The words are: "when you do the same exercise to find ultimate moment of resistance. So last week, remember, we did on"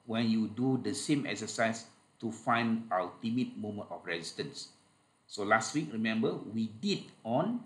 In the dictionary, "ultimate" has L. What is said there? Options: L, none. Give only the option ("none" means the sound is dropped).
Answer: none